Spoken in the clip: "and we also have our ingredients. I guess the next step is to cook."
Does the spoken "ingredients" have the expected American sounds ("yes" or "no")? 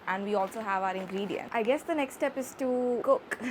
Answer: no